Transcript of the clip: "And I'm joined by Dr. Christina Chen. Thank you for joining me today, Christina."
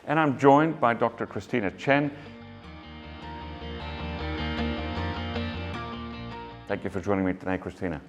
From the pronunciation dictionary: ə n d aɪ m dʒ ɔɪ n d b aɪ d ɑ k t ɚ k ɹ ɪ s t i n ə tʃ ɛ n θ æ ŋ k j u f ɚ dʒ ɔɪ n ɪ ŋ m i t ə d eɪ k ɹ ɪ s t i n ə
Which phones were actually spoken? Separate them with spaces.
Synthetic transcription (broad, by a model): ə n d aɪ m dʒ ɔɪ n b aɪ d ɑ k t ɚ k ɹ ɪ s t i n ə tʃ ɛ n θ æ ŋ k j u f ɚ dʒ ɔɪ n ɪ ŋ m i t ə d eɪ k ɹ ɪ s t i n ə